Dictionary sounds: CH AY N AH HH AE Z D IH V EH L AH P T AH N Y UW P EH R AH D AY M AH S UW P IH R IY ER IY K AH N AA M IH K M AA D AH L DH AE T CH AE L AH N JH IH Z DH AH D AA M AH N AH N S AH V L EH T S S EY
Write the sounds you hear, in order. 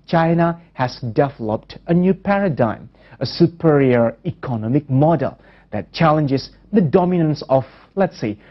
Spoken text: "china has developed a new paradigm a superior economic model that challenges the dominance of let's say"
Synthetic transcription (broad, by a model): CH AY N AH HH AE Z D IH V EH L AH P T AH N Y UW P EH R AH D AY M AH S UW P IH R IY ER IY K AH N AA M IH K M AA D AH L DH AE T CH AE L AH N JH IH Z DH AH D AA M AH N AH N S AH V L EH T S S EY